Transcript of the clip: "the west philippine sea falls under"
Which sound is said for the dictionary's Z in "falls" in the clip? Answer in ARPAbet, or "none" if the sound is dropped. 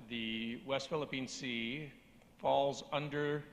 Z